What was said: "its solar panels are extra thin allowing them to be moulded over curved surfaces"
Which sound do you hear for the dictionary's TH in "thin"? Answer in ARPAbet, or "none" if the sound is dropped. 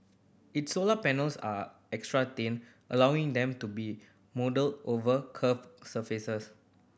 T